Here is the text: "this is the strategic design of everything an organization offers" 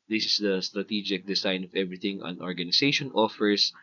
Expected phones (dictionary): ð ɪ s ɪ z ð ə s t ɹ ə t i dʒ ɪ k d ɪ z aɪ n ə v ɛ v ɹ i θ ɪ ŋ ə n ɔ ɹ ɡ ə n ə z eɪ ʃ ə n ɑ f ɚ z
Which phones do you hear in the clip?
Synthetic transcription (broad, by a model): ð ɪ s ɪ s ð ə s t ɹ ə t i dʒ ɪ k d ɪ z aɪ n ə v ɛ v ɹ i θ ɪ ŋ ə n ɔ ɹ ɡ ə n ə s eɪ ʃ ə n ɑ f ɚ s